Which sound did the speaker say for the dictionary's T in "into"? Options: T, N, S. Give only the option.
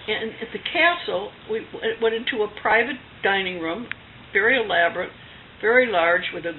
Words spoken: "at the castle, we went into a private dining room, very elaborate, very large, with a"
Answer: T